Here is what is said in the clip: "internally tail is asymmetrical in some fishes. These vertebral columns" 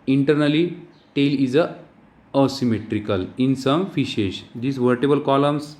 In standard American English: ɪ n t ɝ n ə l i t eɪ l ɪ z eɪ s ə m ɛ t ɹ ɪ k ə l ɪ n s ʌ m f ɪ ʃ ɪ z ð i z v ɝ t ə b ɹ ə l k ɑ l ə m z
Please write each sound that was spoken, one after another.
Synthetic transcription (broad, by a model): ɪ n t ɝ n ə l i t eɪ l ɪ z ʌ s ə m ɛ t ɹ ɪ k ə l ɪ n s ʌ m f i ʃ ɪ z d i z v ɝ t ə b ə l k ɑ l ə m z